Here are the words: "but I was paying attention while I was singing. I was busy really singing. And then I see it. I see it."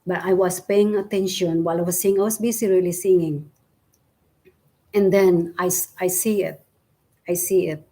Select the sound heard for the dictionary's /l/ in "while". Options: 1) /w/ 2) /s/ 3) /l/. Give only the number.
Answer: 3